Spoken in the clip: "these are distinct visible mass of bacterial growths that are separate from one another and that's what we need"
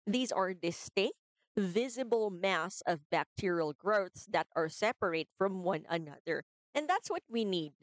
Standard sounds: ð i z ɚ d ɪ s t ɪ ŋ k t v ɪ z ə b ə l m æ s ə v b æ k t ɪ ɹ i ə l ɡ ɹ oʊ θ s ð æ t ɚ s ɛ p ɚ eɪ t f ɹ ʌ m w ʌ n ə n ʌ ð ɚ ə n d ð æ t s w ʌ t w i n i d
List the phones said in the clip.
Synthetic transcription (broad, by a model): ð i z ɚ d ɪ s t ɪ ŋ k t v ɪ z ə b ə l m æ s ə v b æ k t ɪ ɹ i ə l ɡ ɹ oʊ θ s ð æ t ɚ s ɛ p ɚ eɪ t f ɹ ʌ m w ʌ n ə n ʌ ð ɚ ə n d ð æ t s w ʌ t w i n i d